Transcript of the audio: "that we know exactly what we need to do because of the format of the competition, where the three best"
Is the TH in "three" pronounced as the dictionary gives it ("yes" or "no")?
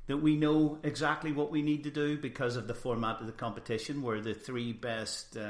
yes